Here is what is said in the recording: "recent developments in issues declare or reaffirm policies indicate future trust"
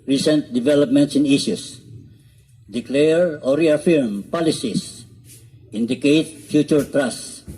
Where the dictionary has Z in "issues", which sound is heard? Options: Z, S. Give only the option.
S